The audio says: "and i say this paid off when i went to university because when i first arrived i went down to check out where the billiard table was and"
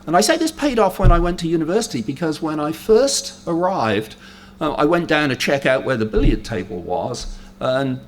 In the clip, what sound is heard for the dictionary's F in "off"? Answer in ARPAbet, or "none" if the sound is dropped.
F